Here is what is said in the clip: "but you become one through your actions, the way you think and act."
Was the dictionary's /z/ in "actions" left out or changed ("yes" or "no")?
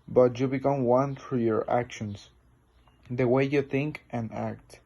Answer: yes